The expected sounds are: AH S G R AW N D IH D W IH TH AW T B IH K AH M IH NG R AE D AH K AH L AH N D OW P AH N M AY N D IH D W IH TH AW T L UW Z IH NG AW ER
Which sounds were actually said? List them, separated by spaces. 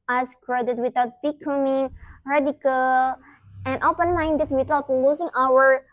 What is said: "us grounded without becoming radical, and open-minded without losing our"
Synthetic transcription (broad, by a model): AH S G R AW D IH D W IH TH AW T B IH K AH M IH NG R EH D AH K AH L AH N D OW P AH N M AY N D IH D W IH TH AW T L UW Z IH NG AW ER